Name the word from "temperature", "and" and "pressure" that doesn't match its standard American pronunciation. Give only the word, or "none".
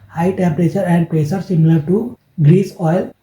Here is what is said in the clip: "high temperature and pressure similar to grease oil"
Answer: pressure